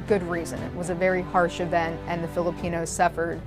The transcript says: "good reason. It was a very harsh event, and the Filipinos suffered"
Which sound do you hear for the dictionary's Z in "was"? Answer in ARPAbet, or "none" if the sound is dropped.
Z